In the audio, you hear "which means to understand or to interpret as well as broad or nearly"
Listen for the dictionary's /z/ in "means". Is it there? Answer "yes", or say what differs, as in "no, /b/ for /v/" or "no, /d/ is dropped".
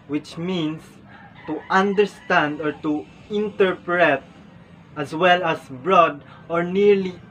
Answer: no, /s/ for /z/